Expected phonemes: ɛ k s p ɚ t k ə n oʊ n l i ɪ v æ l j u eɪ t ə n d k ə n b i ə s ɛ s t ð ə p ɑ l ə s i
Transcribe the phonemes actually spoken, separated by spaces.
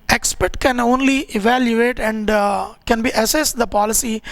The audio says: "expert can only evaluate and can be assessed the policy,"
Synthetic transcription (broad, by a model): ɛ k s p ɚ t k ə n oʊ n l i ɪ v æ l j u eɪ t ə n d k ə n b i ə s ɛ s t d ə p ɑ l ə s i